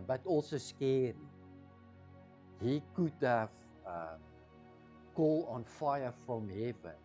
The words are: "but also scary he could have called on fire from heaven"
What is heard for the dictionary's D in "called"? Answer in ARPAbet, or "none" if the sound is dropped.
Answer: none